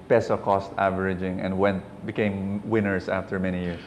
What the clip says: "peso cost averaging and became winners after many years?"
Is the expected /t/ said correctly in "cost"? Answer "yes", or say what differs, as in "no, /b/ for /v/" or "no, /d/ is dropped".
yes